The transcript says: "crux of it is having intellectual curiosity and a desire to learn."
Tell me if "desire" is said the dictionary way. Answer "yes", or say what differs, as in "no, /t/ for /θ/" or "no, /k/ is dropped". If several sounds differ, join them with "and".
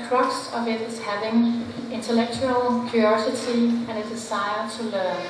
no, /s/ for /z/